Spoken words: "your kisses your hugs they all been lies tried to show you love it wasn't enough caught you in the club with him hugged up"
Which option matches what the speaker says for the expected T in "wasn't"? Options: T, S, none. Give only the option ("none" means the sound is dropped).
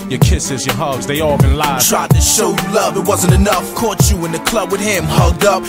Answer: T